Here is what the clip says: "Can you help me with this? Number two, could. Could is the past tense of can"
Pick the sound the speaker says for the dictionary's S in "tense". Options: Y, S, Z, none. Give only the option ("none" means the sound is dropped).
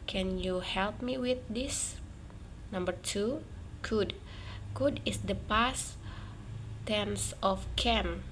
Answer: S